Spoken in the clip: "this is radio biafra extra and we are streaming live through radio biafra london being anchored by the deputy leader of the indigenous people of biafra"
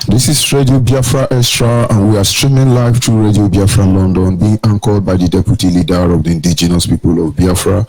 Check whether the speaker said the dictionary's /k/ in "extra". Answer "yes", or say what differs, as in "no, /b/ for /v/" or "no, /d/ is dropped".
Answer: no, /k/ is dropped